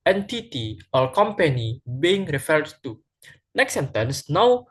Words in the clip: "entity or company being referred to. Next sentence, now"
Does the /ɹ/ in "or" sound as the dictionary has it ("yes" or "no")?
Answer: no